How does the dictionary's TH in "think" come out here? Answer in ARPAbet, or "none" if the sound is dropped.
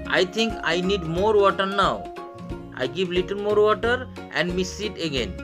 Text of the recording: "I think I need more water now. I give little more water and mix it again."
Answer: T